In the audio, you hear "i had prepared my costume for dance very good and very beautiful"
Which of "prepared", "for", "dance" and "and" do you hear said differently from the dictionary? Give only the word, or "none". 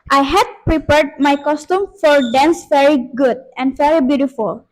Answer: none